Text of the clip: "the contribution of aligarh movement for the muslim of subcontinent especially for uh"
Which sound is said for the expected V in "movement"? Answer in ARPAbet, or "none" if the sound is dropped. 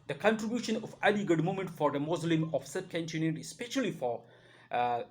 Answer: none